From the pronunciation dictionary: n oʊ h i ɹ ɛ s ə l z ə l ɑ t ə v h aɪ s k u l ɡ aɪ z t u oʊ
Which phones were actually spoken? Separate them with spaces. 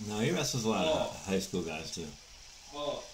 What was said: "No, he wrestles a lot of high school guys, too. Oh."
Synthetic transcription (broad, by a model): n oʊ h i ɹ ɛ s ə z ə l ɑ ə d h aɪ s k u l ɡ aɪ z t u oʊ